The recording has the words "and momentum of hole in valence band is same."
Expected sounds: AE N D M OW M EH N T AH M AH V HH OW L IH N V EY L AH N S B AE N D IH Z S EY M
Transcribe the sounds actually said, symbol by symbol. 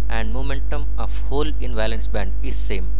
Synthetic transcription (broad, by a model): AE N D M OW M EH N T AH M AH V HH OW L IH N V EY L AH N S B AE N D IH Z S EY M